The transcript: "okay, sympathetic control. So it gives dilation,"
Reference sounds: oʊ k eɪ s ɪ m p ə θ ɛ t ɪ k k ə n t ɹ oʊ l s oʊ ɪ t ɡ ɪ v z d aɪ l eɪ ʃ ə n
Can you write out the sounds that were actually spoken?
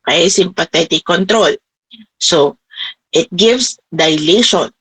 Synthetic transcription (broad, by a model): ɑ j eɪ s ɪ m p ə t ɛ t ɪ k k ə n t ɹ oʊ l s oʊ ɪ t ɡ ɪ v s d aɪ l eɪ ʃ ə n